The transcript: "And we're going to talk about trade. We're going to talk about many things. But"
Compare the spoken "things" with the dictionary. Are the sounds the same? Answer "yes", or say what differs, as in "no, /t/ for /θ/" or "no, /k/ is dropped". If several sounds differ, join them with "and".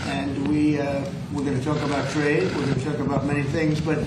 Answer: yes